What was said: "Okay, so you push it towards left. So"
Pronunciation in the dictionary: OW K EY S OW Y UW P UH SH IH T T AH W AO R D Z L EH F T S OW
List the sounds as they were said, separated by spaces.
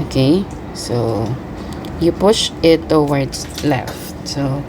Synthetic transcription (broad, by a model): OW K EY S OW Y UW P UH SH IH T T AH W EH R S L EH F T S OW